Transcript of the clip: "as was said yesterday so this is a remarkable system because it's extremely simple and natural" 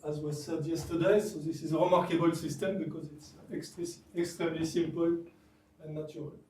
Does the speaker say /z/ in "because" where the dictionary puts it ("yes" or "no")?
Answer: yes